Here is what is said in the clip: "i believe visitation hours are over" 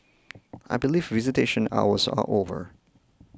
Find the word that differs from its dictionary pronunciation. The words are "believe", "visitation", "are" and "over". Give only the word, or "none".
are